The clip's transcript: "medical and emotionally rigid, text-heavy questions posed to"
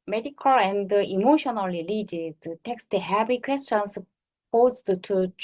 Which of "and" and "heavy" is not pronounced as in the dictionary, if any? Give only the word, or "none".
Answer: heavy